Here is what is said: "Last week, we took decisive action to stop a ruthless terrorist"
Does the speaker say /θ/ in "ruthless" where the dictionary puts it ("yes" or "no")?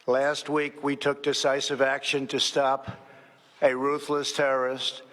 yes